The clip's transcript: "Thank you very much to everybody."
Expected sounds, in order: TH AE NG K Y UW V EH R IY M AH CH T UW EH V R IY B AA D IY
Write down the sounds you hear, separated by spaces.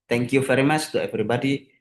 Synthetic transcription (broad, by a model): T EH NG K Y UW F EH R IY M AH S T UW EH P R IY B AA D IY